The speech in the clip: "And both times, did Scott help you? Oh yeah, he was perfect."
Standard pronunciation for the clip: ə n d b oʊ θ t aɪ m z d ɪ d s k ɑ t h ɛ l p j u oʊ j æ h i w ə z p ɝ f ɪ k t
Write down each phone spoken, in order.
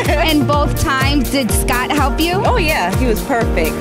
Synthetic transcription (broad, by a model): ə n b oʊ θ t aɪ m z d ɪ d s k ɑ t h ɛ l p j u oʊ j æ h i w ə z p ɝ f ɪ k t